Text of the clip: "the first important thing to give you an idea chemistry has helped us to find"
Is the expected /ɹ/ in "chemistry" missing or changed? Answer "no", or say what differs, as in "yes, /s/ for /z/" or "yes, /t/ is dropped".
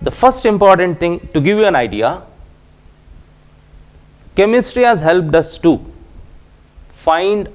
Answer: no